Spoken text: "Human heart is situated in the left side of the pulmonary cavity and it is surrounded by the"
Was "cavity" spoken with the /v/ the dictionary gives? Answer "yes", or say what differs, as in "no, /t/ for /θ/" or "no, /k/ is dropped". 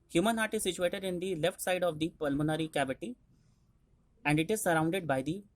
no, /b/ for /v/